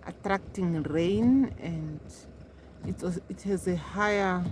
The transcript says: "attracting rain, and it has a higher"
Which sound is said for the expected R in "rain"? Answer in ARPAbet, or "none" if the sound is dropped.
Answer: R